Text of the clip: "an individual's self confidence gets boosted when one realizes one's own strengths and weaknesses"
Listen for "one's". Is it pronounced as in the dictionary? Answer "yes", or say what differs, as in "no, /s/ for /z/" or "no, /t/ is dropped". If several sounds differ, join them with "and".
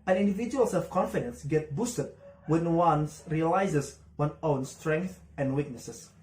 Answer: no, /z/ is dropped